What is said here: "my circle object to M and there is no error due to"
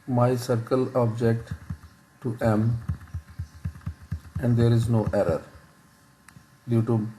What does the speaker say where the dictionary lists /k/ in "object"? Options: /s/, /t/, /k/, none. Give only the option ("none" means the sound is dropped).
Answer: /k/